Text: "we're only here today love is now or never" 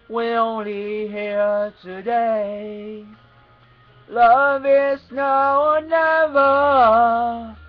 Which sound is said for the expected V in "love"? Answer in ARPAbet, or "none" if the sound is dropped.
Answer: V